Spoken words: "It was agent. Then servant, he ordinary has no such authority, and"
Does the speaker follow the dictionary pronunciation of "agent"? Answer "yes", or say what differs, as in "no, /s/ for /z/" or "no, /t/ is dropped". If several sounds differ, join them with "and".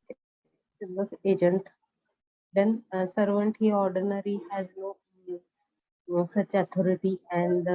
yes